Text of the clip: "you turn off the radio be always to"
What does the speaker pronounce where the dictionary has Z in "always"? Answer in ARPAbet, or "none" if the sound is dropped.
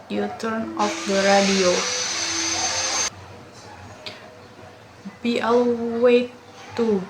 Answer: none